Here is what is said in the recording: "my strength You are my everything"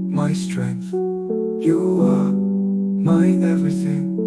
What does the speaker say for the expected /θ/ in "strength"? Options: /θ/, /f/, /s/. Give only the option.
/θ/